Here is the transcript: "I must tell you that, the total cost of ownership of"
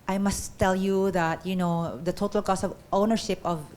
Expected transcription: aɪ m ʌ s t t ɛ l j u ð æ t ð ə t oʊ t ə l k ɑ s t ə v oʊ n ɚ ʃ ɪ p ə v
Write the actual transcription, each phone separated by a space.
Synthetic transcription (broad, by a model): aɪ m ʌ s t t ɛ l j u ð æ t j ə t oʊ t ə l k ɑ s ə v oʊ n ɚ ʃ ɪ p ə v